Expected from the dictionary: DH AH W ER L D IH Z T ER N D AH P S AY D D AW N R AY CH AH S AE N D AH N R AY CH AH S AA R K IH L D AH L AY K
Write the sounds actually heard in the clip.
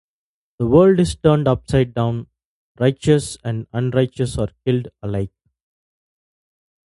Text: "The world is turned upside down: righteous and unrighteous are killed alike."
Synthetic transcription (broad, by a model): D AH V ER L D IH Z T ER N D AH P S AY D D AW N R AY CH AH S AE N D AH N R AY CH AH S AA R K IH L D AH L AY K